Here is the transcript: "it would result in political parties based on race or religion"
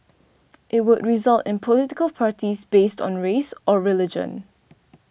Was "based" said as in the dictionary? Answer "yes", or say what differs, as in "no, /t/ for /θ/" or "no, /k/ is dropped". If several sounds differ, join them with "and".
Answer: yes